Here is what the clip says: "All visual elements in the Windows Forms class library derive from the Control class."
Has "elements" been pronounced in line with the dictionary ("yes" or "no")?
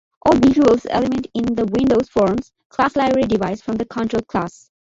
no